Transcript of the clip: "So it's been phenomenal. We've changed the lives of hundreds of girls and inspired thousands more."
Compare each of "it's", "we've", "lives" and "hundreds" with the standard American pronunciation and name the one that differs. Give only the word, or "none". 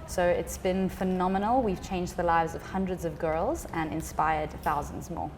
none